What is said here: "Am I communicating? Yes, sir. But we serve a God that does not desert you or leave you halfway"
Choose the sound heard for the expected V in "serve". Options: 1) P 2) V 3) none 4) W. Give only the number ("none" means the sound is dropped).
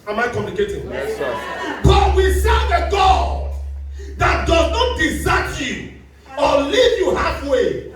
3